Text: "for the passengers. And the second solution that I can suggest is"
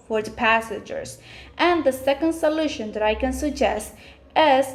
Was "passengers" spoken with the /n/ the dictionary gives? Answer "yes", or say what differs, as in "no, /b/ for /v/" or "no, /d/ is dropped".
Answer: no, /n/ is dropped